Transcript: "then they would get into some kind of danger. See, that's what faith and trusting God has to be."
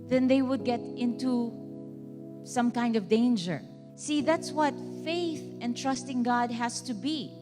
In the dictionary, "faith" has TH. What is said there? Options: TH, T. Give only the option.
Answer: TH